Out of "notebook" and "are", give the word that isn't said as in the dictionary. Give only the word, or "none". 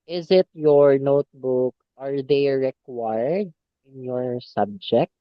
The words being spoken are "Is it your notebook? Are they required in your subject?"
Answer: none